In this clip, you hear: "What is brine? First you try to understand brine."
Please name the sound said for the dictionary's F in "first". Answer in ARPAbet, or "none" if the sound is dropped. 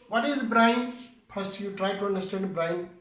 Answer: P